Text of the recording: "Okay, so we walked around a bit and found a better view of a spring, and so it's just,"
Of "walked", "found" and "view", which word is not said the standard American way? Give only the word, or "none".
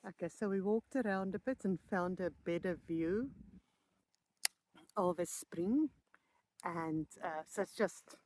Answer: none